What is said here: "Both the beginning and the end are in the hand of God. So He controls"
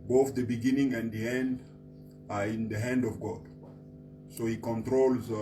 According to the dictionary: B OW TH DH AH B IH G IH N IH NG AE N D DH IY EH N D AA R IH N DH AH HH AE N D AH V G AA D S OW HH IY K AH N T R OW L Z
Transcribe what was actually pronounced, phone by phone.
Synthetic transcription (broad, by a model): B OW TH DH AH B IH G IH N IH NG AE N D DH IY EH N D AA R IH N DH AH HH AE N D AH V G AA D S OW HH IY K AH N T R OW L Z